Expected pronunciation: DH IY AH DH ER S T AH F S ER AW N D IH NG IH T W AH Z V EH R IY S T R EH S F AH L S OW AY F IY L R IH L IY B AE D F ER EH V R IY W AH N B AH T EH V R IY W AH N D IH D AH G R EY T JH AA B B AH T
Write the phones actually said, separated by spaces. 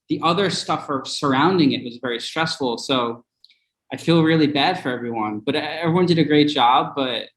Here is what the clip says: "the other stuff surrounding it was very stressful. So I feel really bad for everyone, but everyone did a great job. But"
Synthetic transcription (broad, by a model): DH IY AH DH ER S T AH F S ER AW N D IH NG IH T W AH Z V EH R IY S T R EH S F L S OW AY F IY L R IH L IY B AE D F ER EH V R IY W AH N B AH T EH V R IY W AH N D IH D AH G R EY T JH AA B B AH T